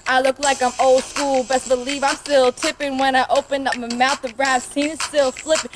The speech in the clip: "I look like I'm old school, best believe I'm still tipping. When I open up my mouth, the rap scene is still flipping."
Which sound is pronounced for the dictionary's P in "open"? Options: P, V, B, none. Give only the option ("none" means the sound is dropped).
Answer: P